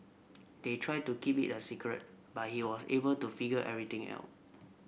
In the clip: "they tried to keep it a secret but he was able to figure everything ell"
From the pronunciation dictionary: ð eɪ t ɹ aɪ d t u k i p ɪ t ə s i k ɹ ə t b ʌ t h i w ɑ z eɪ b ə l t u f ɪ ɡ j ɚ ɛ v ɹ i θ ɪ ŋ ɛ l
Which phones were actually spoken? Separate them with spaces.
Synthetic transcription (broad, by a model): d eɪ t ɹ aɪ d t u k i p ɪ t ə s i k ɹ ə t b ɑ t h i w ɑ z eɪ b ə l t u f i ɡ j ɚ ɛ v ɹ i t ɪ ŋ ɛ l